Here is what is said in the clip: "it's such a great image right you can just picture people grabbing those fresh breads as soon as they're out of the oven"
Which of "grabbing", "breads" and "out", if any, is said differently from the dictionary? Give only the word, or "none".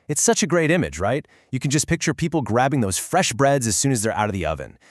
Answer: none